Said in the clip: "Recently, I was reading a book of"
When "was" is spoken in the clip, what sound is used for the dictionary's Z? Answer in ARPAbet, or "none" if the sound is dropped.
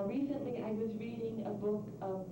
Z